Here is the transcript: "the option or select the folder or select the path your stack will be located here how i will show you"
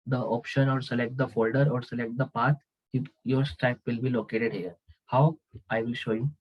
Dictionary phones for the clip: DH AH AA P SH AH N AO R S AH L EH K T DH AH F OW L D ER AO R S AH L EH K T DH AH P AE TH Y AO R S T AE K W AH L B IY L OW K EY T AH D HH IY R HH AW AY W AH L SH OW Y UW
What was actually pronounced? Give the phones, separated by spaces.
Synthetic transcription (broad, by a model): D AH AA P SH AH N AO R S AH L EH K T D AH F OW L D ER AO R S AH L EH K T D AH P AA T Y AO R S T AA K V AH L B IY L OW K EY T AH D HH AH R HH AW AY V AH L SH OW Y UW